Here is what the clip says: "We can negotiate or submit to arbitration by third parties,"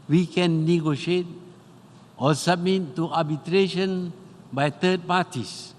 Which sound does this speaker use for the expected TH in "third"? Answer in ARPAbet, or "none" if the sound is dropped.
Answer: T